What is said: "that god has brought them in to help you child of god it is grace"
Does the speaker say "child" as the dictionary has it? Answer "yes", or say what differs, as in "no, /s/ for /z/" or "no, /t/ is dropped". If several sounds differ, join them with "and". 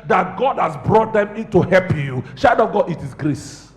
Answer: no, /ʃ/ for /tʃ/ and /l/ is dropped